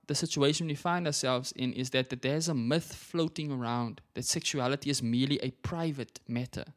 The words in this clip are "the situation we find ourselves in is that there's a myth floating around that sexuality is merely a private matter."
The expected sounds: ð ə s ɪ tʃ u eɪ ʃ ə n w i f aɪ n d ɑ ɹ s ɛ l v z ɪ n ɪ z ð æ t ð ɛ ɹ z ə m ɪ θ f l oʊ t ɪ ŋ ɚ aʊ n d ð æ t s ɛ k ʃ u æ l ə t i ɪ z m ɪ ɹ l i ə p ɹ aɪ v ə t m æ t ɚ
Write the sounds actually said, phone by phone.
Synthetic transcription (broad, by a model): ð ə s ɪ tʃ u eɪ ʃ ə n w i f aɪ n d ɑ s ɛ l v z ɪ n ɪ z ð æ t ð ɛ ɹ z ə m ɪ θ f l oʊ t ɪ ŋ ɚ aʊ n d ð æ t s ɛ k ʃ u æ l ə t i ɪ z m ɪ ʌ l i ə p ɹ aɪ v ə t m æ t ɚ